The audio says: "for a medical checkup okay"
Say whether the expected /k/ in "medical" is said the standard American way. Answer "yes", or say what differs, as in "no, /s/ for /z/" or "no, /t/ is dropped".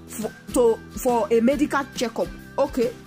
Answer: yes